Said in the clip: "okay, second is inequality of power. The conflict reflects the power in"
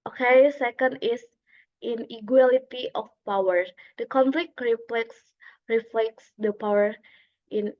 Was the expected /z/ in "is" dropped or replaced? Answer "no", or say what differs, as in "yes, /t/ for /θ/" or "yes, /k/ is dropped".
yes, /s/ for /z/